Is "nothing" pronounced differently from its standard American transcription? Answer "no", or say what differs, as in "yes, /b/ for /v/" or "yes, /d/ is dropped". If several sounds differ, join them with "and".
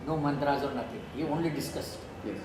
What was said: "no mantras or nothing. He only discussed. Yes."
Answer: yes, /t/ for /θ/